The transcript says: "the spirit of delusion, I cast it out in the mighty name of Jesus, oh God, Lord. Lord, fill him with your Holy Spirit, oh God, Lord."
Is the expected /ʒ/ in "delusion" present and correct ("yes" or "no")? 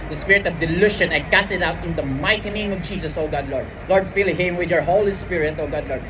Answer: no